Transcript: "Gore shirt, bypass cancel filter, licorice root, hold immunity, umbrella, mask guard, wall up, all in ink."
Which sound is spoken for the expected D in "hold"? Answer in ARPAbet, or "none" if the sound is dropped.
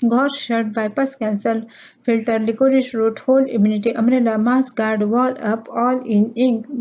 none